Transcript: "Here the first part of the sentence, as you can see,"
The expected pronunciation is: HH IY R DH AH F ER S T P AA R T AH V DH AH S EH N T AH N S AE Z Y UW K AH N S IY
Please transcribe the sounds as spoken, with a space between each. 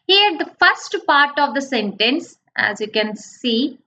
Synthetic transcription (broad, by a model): HH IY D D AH F ER S T P AA R T AH V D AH S EH N T AH N S AE Z Y UW K AH N S IY